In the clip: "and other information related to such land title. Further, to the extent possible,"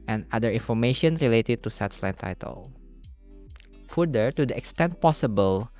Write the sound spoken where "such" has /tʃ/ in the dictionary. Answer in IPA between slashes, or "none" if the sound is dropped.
/s/